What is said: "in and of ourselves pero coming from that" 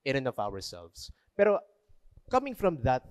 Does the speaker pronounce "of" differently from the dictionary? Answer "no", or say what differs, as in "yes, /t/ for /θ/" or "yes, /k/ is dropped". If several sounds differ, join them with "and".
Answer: yes, /w/ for /v/